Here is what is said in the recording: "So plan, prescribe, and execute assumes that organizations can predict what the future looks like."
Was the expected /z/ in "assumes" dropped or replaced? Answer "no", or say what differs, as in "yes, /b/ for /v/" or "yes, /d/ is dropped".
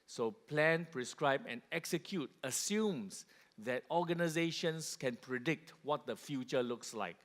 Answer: yes, /s/ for /z/